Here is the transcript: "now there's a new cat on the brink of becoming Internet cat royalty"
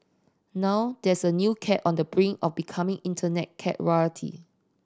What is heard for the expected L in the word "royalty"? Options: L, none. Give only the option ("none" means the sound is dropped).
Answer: none